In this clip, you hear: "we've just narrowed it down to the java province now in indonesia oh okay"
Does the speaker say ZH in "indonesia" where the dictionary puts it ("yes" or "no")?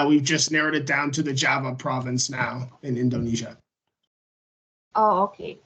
yes